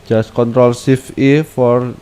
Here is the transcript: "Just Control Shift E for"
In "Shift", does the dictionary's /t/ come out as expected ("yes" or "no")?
no